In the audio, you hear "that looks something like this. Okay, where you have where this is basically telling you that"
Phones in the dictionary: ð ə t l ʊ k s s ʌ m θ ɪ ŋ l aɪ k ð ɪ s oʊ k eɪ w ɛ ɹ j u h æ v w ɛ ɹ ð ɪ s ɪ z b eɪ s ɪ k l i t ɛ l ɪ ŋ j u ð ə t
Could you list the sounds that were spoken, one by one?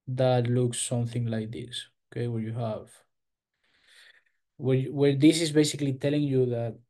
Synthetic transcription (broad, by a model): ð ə t l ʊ k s s ʌ m θ ɪ ŋ l aɪ k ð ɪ s oʊ k eɪ w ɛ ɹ j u h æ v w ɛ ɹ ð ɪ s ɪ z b eɪ s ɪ k l i t ɛ l ɪ ŋ j u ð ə t